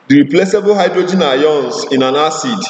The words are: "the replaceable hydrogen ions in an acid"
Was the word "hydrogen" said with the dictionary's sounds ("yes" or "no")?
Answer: yes